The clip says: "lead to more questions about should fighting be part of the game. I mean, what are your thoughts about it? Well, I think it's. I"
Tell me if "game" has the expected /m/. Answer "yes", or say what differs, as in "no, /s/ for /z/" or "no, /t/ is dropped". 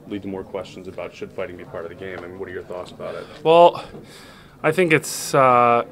no, /m/ is dropped